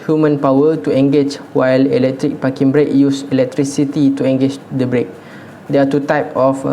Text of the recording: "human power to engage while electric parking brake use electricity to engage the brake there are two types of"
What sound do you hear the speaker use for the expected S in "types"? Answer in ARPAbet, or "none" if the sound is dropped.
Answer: none